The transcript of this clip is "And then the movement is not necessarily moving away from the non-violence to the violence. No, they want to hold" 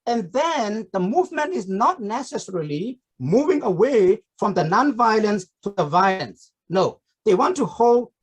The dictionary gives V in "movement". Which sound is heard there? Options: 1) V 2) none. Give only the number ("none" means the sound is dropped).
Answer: 1